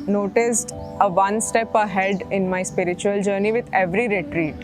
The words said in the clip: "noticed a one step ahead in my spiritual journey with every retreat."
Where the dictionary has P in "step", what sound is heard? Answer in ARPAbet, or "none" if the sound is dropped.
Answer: P